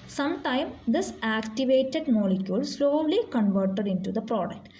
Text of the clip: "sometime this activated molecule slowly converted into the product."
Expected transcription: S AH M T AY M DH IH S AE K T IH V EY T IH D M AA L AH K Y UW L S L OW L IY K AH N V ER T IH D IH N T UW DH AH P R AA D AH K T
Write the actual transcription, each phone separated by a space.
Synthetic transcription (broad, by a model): S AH M T AY M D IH S AE K T IH V EY T IH D M AA L AH K Y UW L S L OW L IY K AH N V ER T IH D IH N T UW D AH P R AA D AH K T